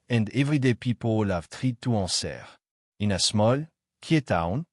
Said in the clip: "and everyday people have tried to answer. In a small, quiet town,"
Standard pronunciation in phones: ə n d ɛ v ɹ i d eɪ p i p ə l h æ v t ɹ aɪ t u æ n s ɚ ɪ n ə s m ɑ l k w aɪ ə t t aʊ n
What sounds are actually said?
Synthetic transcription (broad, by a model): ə n d ɛ v ɹ i d eɪ p i p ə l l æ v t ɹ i t u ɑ s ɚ ɪ n ə s m ɑ l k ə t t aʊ n